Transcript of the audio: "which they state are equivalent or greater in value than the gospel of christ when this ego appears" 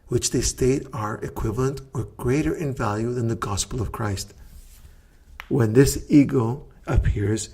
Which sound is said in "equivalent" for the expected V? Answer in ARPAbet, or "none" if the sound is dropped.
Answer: V